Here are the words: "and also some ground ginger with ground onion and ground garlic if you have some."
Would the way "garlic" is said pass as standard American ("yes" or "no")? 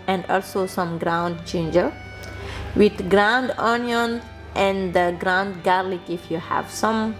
yes